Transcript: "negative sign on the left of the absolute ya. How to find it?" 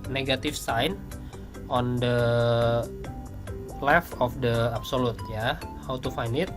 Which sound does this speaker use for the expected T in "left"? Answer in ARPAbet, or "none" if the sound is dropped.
none